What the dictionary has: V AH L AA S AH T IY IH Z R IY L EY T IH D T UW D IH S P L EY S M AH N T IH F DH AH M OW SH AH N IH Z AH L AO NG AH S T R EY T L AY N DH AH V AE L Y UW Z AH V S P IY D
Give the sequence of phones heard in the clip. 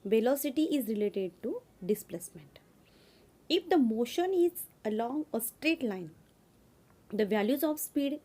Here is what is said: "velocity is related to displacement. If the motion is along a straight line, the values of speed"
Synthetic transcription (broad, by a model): V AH L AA S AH T IY IH Z R IY L EY T IH D T UW D IH S P L EY S M AH N T IH F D AH M OW SH AH N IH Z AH L AO NG AH S T R EY T L AY N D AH V AE L Y UW Z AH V S P IY D